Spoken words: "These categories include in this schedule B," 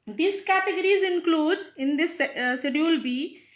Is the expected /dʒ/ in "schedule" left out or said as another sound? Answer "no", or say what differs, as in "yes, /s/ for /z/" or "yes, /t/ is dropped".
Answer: yes, /dʒ/ is dropped